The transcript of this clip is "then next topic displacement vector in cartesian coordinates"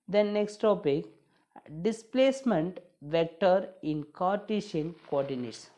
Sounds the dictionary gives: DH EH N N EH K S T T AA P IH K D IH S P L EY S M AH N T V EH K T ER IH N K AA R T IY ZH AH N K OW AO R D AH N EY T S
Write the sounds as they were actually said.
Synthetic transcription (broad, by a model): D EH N N EH K S T T AA P IH K D IH S P L EY S M AH N T V EH K T ER IH N K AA R T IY SH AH N K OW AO R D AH N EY T S